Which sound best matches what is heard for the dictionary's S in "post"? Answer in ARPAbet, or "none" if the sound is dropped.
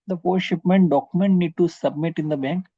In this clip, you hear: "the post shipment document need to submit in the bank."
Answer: none